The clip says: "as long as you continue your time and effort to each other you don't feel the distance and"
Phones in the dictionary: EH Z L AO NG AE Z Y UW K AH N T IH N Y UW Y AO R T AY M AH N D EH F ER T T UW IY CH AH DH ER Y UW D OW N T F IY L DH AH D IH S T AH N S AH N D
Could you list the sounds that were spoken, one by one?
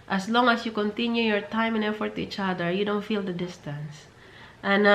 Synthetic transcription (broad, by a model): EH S L AO NG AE S Y UW K AH N T IH N Y UW Y AO R T AY M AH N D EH F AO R T UW IY CH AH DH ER Y UW D OW N T F IY L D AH D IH S T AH N S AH N